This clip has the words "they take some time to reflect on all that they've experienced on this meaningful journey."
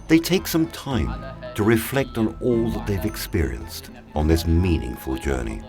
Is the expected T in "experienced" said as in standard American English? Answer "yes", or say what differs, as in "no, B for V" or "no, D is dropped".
yes